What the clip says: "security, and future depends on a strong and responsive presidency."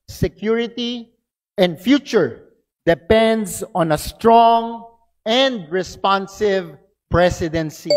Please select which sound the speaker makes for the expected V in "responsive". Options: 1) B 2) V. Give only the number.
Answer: 2